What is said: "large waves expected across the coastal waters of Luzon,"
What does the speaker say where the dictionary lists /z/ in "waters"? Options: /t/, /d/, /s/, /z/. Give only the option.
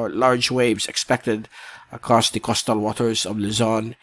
/z/